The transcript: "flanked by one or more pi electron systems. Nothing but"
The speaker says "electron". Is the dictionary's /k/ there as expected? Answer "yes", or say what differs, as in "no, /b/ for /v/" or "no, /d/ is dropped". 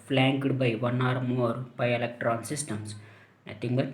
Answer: yes